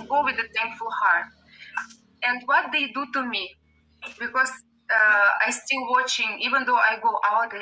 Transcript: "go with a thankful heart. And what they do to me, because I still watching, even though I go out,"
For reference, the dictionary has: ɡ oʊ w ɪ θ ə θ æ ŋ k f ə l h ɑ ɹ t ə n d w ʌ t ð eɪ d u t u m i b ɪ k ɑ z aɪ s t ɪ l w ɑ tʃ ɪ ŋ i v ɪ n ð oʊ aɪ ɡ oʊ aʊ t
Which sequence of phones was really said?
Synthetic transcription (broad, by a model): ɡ oʊ w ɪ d ə t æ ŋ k f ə l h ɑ ɹ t ə n d w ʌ t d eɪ d u t u m i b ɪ k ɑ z aɪ s t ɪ l w ɑ tʃ ɪ ŋ i v ɪ n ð oʊ aɪ ɡ oʊ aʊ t